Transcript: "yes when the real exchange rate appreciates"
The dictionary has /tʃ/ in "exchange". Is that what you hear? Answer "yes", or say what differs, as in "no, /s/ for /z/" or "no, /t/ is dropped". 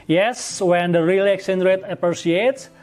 no, /tʃ/ is dropped